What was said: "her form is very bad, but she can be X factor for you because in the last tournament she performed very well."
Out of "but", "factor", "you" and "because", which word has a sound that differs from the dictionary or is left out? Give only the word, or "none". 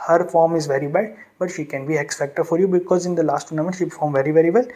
factor